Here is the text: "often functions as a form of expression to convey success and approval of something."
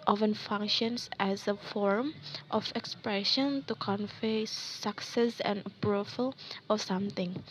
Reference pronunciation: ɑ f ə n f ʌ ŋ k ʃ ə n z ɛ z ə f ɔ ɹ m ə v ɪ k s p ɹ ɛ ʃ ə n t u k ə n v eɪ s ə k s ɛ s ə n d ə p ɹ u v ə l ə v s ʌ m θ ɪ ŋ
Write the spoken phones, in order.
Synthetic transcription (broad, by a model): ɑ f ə n f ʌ ŋ k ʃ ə n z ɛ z ə f ɔ ɹ m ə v ɪ k s p ɹ ɛ ʃ ə n t u k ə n f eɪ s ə k s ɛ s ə n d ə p ɹ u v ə l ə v s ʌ m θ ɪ ŋ